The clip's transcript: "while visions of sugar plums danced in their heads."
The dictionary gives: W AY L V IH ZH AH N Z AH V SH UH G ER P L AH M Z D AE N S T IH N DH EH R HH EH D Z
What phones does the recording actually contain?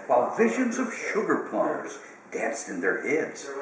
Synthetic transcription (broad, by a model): W AY L V IH ZH AH N Z AH V SH UH G ER P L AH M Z D AE N S T IH N DH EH R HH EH D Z